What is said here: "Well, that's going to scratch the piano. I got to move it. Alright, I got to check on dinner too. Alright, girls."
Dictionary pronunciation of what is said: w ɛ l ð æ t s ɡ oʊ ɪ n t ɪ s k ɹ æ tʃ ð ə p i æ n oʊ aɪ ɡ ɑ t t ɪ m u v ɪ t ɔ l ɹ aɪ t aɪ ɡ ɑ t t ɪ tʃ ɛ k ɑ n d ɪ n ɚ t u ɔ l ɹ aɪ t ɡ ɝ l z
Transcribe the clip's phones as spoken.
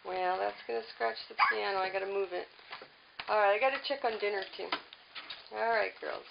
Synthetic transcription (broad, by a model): w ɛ l ð æ t s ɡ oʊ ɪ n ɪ s k ɹ æ tʃ ð ə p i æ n oʊ aɪ ɡ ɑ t t ɪ m u v ɪ t ɔ l ɹ aɪ t aɪ ɡ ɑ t t ɪ tʃ ɛ k n d ɪ n ɚ t u ɔ l ɹ aɪ t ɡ ɝ l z